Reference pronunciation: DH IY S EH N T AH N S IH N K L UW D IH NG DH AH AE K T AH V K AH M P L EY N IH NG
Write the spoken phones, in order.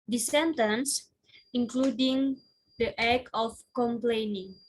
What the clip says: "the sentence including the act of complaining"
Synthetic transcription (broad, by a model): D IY S EH N T AH N S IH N K L UW D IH NG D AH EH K AH F K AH M P L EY N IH NG